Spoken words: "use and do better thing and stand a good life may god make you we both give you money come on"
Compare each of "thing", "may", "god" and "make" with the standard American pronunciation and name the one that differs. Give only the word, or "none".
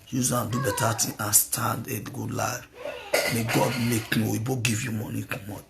thing